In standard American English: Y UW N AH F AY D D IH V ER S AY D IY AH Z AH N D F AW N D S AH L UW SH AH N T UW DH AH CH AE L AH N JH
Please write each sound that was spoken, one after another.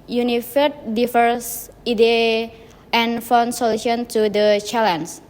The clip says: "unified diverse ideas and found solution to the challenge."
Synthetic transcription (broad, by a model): Y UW N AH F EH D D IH F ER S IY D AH AH N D F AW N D S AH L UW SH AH N T UW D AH CH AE L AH N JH